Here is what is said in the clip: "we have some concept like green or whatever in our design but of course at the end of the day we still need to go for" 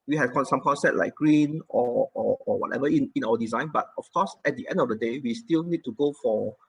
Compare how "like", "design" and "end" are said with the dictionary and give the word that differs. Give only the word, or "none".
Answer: none